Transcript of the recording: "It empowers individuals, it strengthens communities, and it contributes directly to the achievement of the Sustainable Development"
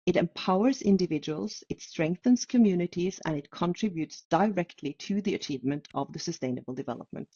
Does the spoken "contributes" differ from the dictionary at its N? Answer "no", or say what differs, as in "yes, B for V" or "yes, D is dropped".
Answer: no